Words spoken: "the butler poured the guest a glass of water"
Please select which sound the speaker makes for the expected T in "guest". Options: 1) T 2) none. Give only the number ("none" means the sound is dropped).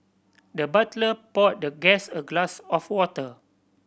2